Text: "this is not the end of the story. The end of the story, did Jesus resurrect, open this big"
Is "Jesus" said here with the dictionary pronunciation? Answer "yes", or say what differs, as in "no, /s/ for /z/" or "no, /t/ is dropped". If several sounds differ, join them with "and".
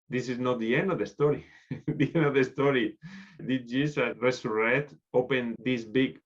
no, /s/ is dropped